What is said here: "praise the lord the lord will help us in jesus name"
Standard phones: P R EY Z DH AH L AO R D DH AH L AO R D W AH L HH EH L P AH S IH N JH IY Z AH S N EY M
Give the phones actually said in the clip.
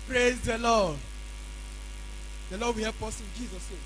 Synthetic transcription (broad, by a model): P R EY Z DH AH L AO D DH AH L AO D W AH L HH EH P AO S IH N JH IY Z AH S N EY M